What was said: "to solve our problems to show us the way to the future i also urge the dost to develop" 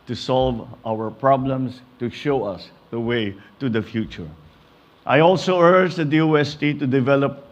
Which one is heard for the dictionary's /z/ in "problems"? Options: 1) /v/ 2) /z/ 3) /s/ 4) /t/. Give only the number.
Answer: 3